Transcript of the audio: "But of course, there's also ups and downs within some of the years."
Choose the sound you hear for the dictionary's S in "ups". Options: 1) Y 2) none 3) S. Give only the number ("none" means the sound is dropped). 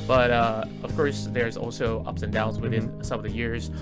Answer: 3